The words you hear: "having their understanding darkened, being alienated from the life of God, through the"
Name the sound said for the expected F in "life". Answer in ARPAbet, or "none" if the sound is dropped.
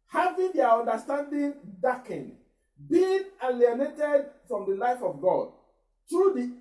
F